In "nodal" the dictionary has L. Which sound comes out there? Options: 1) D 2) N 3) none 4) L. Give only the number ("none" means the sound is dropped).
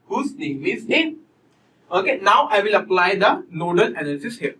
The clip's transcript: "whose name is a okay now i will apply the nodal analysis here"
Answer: 2